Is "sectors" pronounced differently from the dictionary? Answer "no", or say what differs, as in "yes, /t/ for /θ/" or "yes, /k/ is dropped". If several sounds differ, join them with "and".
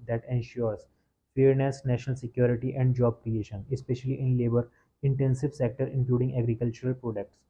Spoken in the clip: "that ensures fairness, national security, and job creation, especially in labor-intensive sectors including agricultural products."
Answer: yes, /z/ is dropped